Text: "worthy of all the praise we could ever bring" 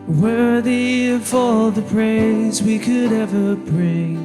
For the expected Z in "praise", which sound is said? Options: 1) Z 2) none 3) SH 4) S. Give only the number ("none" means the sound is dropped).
1